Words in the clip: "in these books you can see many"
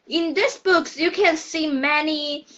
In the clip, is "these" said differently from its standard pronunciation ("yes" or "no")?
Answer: yes